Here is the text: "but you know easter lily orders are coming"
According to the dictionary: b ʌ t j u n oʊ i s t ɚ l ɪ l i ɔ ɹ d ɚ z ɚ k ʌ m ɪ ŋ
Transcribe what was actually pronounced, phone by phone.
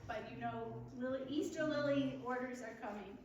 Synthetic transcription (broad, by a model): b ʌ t j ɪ n oʊ i s t ɚ l ɪ l i ɔ ɹ d ɚ z ɚ k ʌ m ɪ ŋ